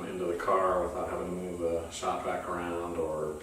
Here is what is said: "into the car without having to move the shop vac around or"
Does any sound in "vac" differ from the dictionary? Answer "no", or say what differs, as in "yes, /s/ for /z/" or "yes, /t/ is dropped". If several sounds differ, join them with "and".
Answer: yes, /b/ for /v/